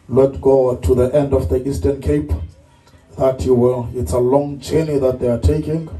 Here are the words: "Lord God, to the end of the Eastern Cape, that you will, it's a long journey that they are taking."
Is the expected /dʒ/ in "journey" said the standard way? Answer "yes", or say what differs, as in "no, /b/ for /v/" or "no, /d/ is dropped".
no, /tʃ/ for /dʒ/